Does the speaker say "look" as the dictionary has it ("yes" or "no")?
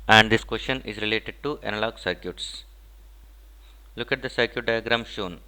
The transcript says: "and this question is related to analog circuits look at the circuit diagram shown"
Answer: yes